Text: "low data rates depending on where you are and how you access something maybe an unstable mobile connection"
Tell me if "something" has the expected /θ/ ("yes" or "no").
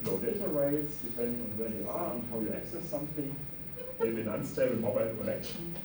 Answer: yes